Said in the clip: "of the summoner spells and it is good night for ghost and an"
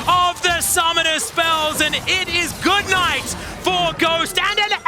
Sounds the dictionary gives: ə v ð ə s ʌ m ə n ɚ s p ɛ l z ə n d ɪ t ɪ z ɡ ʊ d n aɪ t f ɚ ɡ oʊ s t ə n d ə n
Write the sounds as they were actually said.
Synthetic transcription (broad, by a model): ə v ð ə s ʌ m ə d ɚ s p ɛ l z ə n ɪ t ɪ z ɡ ʊ d n aɪ t f ɚ ɡ oʊ s t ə n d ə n